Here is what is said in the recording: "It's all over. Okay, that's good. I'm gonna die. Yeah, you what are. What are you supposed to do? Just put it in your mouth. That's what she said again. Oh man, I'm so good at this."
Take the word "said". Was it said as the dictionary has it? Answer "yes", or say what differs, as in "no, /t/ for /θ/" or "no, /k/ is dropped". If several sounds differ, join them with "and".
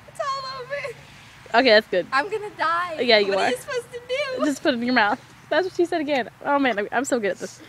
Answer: yes